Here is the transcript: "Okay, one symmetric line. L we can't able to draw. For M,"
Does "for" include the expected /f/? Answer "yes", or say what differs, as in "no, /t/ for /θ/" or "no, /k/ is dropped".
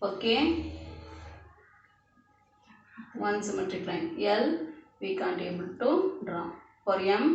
no, /p/ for /f/